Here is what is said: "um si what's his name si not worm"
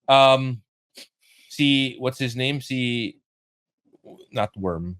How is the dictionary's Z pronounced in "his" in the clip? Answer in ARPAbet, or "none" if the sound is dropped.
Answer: Z